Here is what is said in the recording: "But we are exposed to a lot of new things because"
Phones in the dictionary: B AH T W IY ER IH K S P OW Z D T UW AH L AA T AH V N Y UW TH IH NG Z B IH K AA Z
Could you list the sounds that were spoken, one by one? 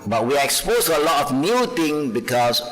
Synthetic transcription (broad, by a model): B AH T W IY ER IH K S P OW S T UW AH L AA T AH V N Y UW T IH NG B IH K AA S